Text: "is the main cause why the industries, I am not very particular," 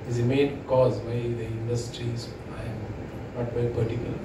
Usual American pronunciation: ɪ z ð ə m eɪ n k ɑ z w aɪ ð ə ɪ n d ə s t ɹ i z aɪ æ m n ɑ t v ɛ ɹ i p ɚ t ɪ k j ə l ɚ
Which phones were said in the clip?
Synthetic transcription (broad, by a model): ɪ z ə m eɪ n k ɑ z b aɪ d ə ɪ n d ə s t ɹ i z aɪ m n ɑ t b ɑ i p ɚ t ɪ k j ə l